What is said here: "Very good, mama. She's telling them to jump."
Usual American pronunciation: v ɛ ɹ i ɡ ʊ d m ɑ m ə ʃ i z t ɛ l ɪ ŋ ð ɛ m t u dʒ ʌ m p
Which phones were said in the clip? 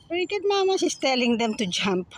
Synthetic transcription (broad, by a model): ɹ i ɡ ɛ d m ɑ m ə s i s t ɛ l ɪ ŋ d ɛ m t u dʒ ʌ m p